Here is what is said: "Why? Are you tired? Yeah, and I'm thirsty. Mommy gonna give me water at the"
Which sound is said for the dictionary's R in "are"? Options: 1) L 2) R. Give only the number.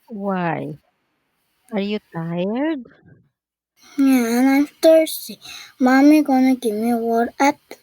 2